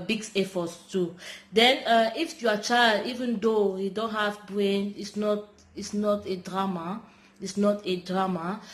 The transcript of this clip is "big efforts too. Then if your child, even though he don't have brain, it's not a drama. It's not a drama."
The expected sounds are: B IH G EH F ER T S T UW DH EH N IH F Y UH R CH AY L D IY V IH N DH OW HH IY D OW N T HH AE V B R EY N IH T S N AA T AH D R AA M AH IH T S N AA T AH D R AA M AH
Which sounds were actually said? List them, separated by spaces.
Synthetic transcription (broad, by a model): B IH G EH F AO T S T UW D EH N IH F Y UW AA CH AY L D IY V IH N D OW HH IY D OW N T HH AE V B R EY N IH T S N AA T AH D R AA M AH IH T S N AA T AH D R AA M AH